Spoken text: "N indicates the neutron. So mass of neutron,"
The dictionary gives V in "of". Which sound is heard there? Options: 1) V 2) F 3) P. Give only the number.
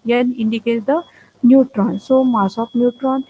3